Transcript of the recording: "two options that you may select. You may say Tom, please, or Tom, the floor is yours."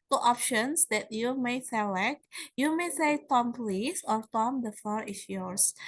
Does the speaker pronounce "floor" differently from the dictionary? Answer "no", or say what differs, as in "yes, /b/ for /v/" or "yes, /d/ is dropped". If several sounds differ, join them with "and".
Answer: yes, /l/ is dropped